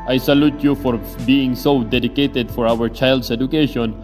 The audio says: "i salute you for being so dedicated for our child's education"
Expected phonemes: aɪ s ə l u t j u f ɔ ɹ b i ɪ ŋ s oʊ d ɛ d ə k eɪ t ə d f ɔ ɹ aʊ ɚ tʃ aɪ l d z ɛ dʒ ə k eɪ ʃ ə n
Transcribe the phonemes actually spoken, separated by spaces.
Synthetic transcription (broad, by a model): aɪ s ə l u t j u f ɔ ɹ b i ɪ ŋ s oʊ d ɛ d ə k eɪ t ə d f ɔ ɹ aʊ ɚ tʃ aɪ l d s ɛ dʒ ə k eɪ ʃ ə n